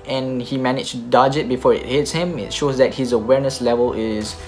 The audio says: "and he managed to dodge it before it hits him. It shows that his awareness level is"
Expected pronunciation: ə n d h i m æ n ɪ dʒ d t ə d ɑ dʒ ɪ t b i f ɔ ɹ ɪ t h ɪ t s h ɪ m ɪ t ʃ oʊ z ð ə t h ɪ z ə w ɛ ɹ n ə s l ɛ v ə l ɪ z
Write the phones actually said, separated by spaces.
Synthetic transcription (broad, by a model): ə n h i m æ n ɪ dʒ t d ɑ dʒ ɪ t b i f ɔ ɹ ɪ t h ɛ t s h ɪ m ɪ t ʃ oʊ z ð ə t h ɪ z ə w ɛ ɹ n ə s l ɛ v ə l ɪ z